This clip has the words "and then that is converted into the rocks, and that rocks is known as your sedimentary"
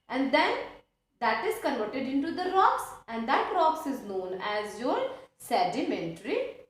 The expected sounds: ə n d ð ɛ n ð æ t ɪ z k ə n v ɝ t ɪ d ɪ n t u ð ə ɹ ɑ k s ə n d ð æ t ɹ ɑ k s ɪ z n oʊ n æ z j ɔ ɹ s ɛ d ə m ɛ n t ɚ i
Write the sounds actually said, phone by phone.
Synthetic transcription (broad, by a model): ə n d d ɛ n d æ t ɪ z k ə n ɔ t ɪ d ɪ n t u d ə ɹ ɑ k s ə n d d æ t ɹ ɑ k s ɪ z n oʊ n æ z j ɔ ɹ s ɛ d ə m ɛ n t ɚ i